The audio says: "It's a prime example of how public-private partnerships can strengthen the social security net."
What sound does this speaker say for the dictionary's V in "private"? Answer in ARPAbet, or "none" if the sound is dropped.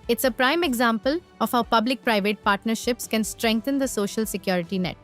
V